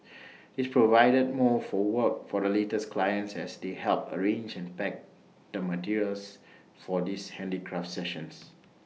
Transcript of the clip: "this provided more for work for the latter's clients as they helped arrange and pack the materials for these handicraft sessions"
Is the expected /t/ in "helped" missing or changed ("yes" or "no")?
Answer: yes